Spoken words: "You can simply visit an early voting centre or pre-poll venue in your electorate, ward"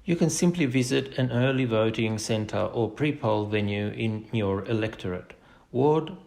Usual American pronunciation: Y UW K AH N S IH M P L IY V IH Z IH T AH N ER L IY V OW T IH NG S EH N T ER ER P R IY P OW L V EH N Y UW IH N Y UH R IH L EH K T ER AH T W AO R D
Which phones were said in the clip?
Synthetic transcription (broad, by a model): Y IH K AH N S IH M P L IY V IH Z IH T AH N ER L IY V OW T IH NG S EH N T ER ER P R IY P OW L V EH N Y UW IH N Y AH R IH L EH K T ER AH T W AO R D